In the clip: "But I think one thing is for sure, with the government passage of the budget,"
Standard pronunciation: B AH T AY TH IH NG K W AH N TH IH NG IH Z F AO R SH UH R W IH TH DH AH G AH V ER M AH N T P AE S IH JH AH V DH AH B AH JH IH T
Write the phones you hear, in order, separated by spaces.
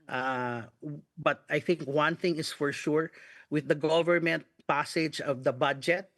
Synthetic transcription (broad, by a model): B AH T AY TH IH NG K W AH N TH IH NG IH S F AO R SH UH R W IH DH AH G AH V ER M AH N T P AE S IH JH AH V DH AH B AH JH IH T